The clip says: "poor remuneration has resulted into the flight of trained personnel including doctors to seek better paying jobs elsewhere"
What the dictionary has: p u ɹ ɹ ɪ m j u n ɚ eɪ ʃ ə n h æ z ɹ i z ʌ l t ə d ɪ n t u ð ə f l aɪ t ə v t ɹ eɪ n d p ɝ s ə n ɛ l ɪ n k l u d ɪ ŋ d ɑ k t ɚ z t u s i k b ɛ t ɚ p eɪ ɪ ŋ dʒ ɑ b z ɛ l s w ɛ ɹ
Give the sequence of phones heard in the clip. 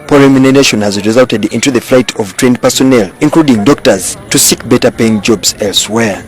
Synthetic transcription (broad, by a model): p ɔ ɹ ɹ ɪ m j u n ɚ eɪ ʃ ə n h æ z ɹ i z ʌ l t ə d ɪ n t u ð ə f l aɪ t ə v t ɹ eɪ n d p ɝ s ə n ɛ l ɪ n k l u d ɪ ŋ d ɑ k t ɚ z t u s i k b ɛ t ɚ p eɪ ɪ ŋ dʒ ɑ b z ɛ l s w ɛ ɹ